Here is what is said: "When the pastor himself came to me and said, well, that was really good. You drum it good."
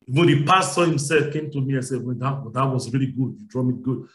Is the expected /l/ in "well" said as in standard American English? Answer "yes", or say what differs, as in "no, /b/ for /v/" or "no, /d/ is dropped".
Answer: no, /w/ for /l/